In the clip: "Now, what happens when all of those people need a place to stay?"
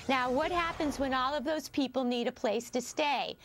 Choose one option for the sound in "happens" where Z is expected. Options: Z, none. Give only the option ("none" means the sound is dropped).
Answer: Z